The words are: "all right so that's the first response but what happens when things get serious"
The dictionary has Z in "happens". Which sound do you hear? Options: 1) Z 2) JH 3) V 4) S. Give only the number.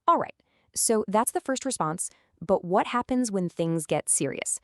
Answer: 1